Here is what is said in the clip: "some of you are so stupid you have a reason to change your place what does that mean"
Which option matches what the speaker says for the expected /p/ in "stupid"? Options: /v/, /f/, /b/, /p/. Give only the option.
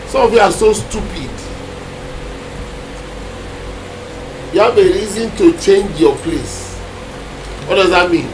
/p/